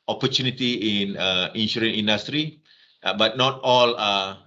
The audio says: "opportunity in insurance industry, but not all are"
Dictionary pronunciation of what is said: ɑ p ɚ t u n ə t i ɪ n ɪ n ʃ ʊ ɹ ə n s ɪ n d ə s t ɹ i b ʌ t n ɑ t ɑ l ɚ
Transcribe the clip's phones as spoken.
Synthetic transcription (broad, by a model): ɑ p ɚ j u n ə t i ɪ n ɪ n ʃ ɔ ɹ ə n i n d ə s t ɹ i b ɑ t n ɑ t ɑ l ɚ